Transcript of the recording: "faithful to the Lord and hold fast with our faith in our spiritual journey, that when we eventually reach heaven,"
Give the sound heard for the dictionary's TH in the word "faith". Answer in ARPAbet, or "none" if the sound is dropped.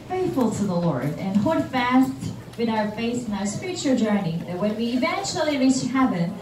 S